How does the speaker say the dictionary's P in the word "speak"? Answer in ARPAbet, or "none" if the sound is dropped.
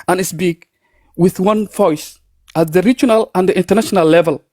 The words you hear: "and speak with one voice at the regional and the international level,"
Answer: B